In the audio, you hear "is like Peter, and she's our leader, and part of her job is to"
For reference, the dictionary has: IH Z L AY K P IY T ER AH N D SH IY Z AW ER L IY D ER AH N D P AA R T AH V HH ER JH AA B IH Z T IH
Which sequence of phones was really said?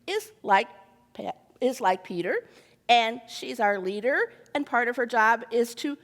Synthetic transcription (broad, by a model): IH Z L AY K P IY T ER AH N SH IY Z AW ER L IY D ER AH N P AA R T AH V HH ER JH AA B IH Z T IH